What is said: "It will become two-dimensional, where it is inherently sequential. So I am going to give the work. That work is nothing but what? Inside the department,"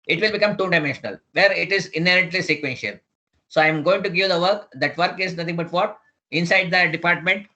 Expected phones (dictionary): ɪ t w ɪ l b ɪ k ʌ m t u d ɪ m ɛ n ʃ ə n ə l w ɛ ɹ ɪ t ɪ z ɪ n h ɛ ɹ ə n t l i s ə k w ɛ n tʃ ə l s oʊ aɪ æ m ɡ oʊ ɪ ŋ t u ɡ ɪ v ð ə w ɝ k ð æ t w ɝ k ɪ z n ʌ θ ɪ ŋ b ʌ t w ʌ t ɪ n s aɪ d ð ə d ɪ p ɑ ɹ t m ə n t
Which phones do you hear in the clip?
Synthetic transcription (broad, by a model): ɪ t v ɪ l b ɪ k ʌ m t u d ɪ m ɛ n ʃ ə n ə l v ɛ ɹ ɪ t ɪ z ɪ n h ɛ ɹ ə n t l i s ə k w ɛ n ʃ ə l s oʊ aɪ m ɡ oʊ ɪ ŋ t u ɡ ɪ v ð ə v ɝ k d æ t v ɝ k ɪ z n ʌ t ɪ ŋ b ʌ t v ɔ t ɪ n s aɪ d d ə d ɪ p ɑ ɹ t m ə n t